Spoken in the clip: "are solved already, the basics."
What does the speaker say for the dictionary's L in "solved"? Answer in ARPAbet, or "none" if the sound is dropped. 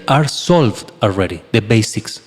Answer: L